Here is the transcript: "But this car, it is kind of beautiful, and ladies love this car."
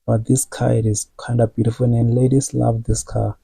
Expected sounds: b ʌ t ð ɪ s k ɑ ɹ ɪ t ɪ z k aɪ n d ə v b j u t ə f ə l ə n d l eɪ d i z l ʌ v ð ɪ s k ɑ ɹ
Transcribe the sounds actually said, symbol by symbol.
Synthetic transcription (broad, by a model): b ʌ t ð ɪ s k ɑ ɪ t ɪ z k aɪ n d ə v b j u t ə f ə n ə n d l eɪ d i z l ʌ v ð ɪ s k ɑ